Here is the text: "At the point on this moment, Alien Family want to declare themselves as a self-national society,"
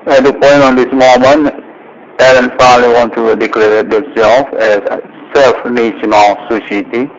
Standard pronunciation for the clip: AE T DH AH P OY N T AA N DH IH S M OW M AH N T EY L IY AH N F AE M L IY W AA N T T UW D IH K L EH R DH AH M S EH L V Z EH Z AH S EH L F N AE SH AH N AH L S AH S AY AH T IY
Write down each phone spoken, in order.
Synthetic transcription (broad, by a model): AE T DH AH P OY N T AA N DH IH S M OW M AH N T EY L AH N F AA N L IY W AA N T T UW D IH K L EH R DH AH S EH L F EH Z S EH L F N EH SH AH N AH L S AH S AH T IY